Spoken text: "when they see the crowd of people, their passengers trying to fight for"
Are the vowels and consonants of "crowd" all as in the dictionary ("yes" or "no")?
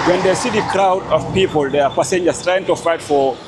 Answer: yes